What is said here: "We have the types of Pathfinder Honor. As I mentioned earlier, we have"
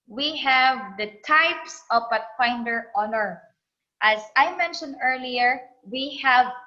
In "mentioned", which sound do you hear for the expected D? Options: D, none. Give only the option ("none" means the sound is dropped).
D